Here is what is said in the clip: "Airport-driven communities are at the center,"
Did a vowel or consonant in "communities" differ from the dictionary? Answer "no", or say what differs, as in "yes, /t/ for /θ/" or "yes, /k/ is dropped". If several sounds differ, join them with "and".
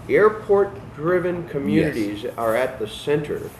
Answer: no